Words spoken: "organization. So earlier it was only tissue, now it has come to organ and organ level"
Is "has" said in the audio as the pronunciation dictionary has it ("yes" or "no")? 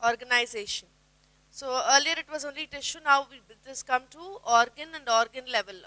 no